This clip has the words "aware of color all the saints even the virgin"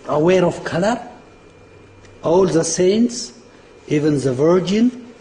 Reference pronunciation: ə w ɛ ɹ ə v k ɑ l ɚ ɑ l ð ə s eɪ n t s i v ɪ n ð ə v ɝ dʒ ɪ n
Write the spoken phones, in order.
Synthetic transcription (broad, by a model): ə w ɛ ɹ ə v k ɑ l ɚ ɑ l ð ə s eɪ n t s i v ɪ n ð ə v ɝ dʒ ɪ n